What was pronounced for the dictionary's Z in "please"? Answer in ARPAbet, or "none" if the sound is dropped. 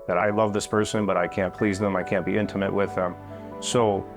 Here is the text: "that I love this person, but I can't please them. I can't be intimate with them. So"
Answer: Z